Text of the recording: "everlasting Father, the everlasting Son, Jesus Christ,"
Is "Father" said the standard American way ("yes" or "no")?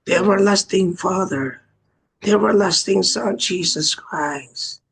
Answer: yes